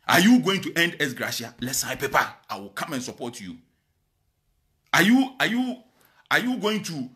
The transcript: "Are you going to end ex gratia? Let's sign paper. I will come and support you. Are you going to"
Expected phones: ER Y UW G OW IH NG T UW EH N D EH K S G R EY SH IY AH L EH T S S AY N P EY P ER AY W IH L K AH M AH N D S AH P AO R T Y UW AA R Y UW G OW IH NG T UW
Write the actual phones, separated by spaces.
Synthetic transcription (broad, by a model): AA Y UW G OW IH NG T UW EH N D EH S G R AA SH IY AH L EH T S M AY P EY P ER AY W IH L K AH M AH N S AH P AO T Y Y UW AA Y Y UW G OW IH NG T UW